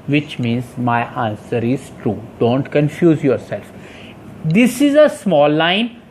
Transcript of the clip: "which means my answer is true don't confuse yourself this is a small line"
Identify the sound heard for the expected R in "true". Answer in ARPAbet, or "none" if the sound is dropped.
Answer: R